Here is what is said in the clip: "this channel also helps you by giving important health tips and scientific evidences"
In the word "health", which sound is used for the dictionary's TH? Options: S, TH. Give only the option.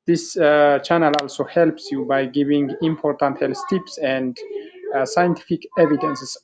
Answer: S